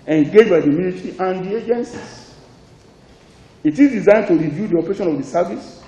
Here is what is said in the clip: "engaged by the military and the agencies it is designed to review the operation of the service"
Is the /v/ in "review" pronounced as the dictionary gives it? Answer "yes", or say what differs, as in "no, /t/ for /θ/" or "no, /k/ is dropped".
yes